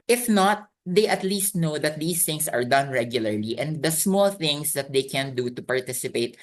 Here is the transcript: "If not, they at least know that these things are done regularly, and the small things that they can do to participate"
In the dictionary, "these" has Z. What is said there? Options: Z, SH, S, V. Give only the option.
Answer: S